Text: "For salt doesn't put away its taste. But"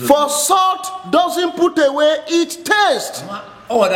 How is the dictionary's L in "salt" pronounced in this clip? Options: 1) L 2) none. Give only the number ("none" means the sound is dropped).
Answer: 2